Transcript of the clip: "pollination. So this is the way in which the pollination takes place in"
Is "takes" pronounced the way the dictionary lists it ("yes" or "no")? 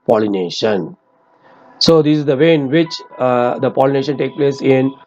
no